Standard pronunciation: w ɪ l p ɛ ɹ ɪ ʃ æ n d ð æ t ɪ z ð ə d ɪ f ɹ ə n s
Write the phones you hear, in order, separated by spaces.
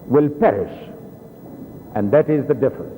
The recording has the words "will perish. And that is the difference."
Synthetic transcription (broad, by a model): w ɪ l p ɛ ɹ ɪ ʃ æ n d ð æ t ɪ z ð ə d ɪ f ɹ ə n s